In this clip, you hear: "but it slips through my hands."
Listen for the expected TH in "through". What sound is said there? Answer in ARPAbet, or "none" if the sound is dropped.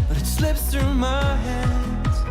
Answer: TH